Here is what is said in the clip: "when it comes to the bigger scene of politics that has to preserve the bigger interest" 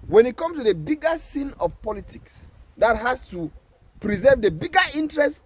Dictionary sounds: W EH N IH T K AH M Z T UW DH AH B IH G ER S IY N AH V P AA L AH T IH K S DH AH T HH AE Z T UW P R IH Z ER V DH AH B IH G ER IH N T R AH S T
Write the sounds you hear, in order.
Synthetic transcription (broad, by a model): W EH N IH T K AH M S T UW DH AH B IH G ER S IY N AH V P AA L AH T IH K S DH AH T HH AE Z T UW P R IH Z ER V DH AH B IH G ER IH N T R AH S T